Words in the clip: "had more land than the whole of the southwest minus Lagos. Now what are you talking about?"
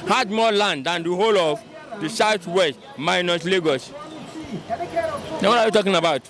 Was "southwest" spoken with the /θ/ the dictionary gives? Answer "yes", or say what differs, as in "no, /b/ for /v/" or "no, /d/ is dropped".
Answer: no, /s/ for /θ/